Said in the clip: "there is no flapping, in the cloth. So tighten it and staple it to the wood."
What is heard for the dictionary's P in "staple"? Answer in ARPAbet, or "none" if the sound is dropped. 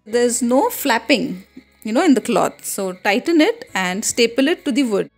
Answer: P